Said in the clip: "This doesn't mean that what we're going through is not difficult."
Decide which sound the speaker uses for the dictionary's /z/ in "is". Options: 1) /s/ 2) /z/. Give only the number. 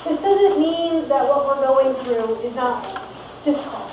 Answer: 2